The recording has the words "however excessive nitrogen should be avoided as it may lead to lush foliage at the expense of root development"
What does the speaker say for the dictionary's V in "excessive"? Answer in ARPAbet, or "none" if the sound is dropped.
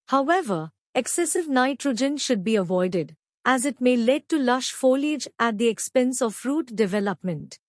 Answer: V